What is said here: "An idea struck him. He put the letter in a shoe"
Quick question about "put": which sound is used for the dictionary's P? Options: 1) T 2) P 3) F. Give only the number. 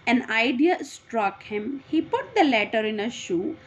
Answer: 2